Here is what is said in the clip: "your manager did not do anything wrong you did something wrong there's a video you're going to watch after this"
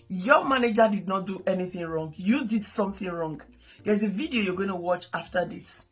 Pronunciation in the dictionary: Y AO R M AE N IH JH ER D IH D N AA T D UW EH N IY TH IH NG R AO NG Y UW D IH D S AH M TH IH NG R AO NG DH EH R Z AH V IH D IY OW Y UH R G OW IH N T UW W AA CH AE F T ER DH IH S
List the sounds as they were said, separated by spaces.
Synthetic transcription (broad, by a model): Y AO M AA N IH JH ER D IH D N AA T D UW EH N IY TH IH NG R AO NG Y UW D IH D S AH M TH IH NG R AO NG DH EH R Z AH V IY D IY OW Y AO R G OW IH N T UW W AA CH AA F T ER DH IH S